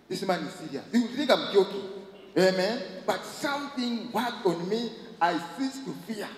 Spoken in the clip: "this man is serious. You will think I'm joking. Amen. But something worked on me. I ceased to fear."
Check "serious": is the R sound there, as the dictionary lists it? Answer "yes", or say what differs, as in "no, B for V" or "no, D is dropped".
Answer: no, R is dropped